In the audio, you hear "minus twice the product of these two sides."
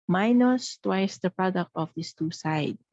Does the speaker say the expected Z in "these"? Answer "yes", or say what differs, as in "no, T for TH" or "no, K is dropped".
no, S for Z